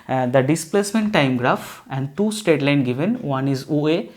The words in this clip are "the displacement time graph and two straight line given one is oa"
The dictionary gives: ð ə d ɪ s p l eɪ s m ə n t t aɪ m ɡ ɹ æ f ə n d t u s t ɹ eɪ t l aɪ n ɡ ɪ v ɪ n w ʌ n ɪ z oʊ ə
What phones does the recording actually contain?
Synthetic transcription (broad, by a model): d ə d ɪ s p l eɪ s m ə n t t aɪ m ɡ ɹ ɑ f ə n d t u s t eɪ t l aɪ n ɡ ɪ v ɪ n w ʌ n ɪ z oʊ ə